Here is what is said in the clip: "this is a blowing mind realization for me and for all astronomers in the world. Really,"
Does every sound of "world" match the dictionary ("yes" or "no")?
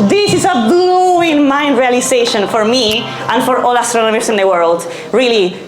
yes